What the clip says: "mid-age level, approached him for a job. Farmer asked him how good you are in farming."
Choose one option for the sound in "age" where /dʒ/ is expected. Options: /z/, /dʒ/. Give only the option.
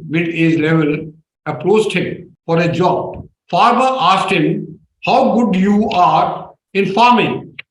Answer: /z/